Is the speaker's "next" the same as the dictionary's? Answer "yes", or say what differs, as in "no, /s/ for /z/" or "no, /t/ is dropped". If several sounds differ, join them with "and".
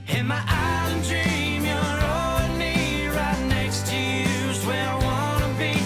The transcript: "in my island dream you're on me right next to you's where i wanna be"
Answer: yes